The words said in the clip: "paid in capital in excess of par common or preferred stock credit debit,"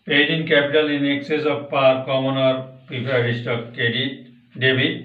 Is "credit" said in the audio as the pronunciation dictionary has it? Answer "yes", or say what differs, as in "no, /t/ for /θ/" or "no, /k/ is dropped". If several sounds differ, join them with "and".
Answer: no, /ɹ/ is dropped